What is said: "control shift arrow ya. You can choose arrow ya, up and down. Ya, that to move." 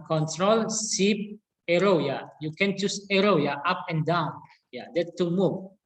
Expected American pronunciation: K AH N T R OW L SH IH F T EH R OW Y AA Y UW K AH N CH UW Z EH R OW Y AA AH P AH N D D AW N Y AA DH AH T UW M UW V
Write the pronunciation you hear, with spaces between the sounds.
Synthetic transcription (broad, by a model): K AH N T R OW L S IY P EH R OW Y AA Y UW K AH N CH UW S EH R OW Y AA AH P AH N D D AW N Y AA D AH T UW M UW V